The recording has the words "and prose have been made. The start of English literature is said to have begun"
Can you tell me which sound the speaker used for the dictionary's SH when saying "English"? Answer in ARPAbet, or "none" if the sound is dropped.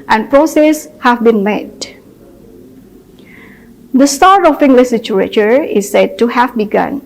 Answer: S